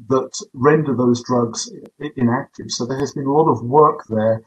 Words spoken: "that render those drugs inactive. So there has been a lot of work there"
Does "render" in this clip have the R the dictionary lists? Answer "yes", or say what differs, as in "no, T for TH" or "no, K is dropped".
yes